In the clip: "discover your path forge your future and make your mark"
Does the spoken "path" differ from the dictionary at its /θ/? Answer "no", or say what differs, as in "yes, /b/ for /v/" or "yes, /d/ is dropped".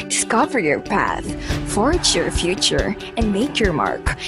no